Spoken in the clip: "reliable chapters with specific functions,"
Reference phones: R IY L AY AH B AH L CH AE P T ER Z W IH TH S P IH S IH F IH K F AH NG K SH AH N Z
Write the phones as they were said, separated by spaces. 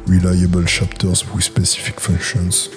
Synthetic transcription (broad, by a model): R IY L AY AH B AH L SH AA P T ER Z W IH S P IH S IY F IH K F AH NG K SH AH N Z